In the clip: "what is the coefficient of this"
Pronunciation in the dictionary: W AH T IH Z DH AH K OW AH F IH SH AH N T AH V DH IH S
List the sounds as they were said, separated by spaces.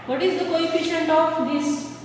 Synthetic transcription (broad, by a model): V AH T IH Z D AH K OW AH F IH SH AH N T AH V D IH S